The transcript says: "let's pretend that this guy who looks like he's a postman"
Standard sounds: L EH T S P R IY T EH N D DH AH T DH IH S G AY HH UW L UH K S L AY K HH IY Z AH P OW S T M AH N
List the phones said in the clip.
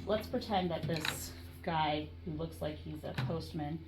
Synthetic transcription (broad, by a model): L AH T S P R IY T EH N DH AH T DH IH S G AY HH UW L UH K S L AY K HH IY Z AH P OW S T M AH N